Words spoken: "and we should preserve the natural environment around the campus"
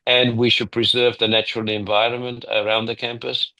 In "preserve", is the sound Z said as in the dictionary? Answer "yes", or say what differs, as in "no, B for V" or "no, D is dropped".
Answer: yes